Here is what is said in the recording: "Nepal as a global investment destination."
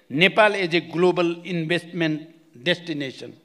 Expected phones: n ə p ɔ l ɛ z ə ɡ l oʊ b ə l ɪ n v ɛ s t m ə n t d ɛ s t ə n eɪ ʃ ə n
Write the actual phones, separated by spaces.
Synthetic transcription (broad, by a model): n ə p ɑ l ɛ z ə ɡ l oʊ b ə l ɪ n b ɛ s t m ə n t d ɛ s t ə n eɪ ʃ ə n